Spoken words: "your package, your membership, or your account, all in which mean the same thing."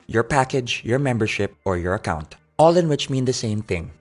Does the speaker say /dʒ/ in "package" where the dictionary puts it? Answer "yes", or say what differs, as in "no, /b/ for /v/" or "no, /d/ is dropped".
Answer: yes